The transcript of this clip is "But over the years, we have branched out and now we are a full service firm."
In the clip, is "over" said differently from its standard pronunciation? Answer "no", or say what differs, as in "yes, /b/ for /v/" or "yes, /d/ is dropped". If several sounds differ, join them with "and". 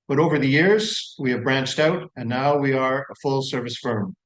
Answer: no